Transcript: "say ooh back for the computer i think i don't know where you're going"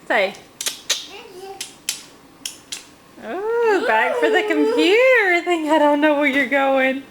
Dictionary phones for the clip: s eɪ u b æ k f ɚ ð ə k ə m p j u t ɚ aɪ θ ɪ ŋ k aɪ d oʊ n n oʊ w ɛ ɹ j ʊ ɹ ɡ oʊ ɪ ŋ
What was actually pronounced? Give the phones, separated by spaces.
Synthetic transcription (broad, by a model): s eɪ u b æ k f ɚ ð ə k ə m p j u t ɚ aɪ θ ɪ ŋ aɪ d oʊ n n oʊ w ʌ ɹ j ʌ ɹ ɡ oʊ ɪ ŋ